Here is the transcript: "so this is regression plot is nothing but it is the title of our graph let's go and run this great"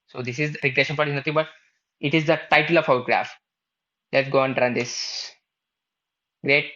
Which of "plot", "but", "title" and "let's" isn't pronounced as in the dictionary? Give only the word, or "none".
plot